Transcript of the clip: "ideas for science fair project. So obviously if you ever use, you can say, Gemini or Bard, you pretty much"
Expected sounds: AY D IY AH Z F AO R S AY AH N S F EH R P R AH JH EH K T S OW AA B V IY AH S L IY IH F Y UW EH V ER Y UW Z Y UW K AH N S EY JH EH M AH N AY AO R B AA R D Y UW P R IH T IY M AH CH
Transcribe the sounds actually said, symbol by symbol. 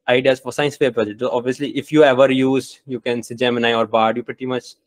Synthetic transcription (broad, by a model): AY D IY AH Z F AO R S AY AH N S P EH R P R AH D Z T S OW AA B V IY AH S L IY IH F Y UW EH V ER Y UW Z Y UW K AH N S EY JH EH M AH N AY AO R B AA R D Y UW P R IH T IY M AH CH